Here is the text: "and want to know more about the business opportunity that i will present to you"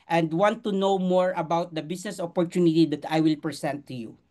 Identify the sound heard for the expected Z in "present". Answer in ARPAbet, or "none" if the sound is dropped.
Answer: S